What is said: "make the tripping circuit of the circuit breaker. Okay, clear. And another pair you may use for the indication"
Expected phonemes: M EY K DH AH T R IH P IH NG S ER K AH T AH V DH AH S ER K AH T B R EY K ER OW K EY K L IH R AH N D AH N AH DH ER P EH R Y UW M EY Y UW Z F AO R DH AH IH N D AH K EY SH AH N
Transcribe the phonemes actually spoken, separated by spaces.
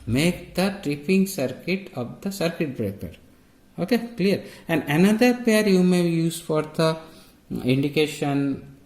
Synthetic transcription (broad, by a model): M EY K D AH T R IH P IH NG S ER K AH T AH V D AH S ER K AH T B R EY K ER OW K EY K L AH R AH N D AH N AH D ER P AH R Y UW M EY Y UW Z F AO R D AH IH N D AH K EY SH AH N